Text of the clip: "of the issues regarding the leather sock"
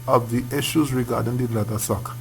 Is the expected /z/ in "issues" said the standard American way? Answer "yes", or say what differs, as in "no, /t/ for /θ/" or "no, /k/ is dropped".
yes